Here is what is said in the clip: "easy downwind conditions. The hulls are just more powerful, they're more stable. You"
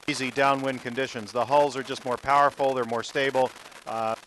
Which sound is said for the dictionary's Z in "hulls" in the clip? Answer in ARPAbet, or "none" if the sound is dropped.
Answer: Z